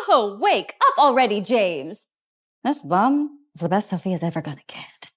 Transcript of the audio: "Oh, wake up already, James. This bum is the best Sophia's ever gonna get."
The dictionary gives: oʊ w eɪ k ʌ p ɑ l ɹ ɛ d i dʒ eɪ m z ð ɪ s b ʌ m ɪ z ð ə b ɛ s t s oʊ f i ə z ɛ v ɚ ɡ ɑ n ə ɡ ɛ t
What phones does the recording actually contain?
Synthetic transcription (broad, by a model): oʊ w eɪ k ʌ p l ɹ ɛ d i dʒ eɪ m z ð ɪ s b ʌ m ɪ z ð ə b ɛ s t s oʊ f i ə z ɛ v ɚ ɡ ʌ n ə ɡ ɛ t